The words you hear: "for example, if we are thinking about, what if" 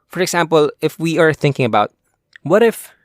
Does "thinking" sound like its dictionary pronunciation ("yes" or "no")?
yes